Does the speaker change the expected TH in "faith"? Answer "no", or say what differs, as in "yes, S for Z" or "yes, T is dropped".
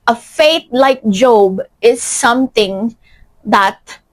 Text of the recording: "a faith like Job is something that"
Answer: yes, T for TH